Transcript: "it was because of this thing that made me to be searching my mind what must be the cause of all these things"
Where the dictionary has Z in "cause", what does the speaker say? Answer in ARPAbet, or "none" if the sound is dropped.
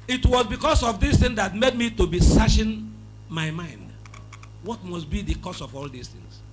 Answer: S